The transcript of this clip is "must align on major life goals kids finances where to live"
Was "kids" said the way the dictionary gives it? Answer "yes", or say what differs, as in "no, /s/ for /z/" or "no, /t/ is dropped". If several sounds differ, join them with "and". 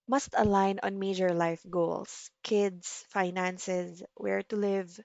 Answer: no, /s/ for /z/